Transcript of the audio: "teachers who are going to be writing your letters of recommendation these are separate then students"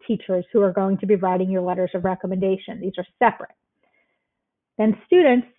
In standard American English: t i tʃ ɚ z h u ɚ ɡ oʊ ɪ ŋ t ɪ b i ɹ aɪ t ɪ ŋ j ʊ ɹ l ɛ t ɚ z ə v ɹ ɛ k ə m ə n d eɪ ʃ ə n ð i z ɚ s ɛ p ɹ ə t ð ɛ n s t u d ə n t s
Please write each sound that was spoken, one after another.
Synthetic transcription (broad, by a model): t i tʃ ɚ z h u ɚ ɡ oʊ ɪ ŋ t ɪ b i ɹ aɪ t ɪ ŋ j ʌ ɹ l ɛ t ɚ z ə v ɹ ɛ k ə m ə n d eɪ ʃ ə n ð i z ɚ s ɛ p ɹ ə t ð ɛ n s t u d n t s